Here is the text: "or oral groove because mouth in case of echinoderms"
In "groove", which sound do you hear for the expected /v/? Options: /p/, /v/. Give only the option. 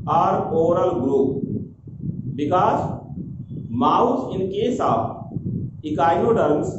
/p/